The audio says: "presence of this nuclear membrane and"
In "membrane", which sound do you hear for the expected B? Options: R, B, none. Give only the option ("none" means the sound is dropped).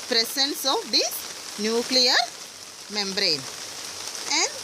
B